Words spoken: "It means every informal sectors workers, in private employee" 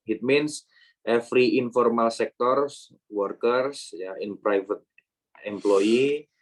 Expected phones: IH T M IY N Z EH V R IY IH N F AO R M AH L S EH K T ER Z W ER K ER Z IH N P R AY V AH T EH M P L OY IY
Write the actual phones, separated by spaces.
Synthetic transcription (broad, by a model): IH T M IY N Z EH F R IY IH N F AO R M AH L S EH K T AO S W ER K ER S IH N P R AY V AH T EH M P L OY IY